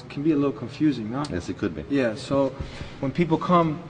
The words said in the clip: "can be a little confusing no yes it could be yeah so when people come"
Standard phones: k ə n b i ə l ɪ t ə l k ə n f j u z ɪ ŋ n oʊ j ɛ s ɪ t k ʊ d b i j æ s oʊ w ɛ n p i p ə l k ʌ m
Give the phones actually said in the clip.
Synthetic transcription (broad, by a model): k n b i ə l ɪ t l k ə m f j u z ɪ ŋ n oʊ j ɛ s ɪ t k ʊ d b i j æ s oʊ w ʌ n p i p l k ʌ m